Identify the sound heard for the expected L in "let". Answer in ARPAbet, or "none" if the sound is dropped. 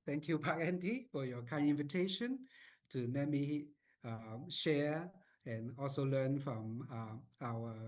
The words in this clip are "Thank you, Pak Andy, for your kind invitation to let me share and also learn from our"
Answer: N